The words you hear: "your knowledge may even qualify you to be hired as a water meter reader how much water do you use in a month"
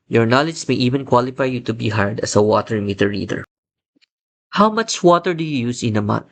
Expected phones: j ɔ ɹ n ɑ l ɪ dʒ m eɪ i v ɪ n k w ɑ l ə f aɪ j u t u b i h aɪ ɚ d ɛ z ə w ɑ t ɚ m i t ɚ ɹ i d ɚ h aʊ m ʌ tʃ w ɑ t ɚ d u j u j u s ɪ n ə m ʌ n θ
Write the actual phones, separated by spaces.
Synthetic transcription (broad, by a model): j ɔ ɹ n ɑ l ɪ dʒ m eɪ i v ɪ n k w ɑ l ə f aɪ j u t u b i h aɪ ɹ d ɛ s ə w ɑ t ɚ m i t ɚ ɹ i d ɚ h aʊ m ʌ tʃ w ɑ t ɚ d u j u j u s ɪ n ə m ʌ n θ